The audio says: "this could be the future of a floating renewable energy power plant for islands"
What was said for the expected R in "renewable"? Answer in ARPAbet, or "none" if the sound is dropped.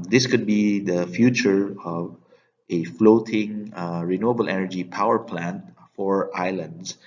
R